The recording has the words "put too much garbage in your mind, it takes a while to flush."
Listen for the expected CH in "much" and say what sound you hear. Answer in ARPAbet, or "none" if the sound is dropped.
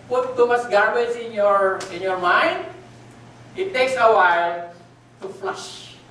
S